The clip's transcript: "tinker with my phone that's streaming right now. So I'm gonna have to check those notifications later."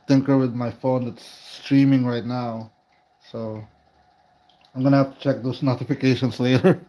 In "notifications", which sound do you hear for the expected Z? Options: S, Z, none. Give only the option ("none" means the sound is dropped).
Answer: S